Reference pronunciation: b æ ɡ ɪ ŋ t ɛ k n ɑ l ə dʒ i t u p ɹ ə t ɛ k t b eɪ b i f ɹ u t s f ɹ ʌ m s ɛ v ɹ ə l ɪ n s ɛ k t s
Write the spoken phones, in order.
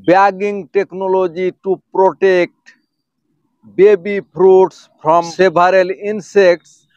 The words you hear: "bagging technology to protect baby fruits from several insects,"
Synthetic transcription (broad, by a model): b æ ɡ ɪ ŋ t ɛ k n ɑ l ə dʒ i t u p ɹ ə t ɛ k t b eɪ b i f ɹ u t s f ɹ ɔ m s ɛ b ɹ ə l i n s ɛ k t s